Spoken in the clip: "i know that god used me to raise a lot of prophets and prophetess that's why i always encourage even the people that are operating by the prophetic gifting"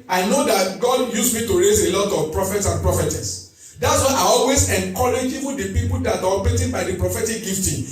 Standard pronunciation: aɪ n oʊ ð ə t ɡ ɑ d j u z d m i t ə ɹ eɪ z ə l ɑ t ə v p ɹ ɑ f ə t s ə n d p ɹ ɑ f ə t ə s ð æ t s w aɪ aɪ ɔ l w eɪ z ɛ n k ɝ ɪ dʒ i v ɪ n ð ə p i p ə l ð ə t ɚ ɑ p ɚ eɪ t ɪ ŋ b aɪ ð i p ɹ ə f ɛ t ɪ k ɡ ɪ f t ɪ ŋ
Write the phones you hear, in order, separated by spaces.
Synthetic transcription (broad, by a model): aɪ n oʊ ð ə t ɡ ɑ d j u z m i t ə ɹ eɪ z ə l ɑ t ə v p ɹ ɑ f ə t s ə n p ɹ ɑ f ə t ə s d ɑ t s w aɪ aɪ ɔ l w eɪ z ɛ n k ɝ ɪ dʒ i w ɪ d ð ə p i p ə l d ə t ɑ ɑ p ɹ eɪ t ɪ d b aɪ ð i p ɹ ə f ɛ t ɪ k ɡ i f t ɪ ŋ